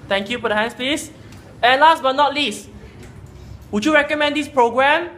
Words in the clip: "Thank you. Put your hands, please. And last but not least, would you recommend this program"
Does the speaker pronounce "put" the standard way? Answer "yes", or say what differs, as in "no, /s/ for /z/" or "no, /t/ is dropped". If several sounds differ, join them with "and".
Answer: no, /f/ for /p/